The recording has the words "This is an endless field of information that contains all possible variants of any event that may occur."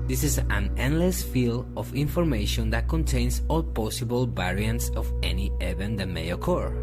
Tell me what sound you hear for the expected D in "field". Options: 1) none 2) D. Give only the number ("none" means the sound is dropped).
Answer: 1